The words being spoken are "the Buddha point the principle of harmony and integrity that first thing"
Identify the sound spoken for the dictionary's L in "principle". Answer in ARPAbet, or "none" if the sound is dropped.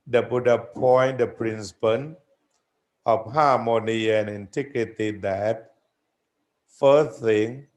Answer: N